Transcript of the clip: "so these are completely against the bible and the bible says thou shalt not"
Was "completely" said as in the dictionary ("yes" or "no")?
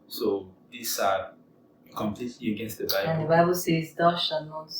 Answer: yes